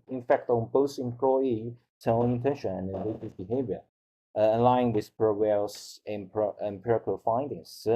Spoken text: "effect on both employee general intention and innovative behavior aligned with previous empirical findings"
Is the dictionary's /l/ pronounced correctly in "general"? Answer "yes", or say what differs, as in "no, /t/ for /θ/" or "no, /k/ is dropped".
no, /n/ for /l/